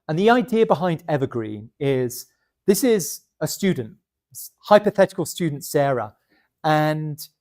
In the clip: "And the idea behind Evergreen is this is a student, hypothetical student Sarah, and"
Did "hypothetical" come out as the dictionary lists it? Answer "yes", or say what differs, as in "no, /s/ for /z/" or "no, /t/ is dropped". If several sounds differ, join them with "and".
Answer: yes